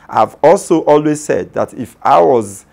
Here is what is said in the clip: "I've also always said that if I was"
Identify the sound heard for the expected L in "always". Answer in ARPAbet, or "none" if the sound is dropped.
L